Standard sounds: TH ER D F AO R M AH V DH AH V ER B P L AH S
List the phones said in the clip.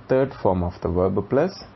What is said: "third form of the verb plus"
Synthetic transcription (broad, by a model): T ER D F AO R M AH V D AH V ER B P L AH S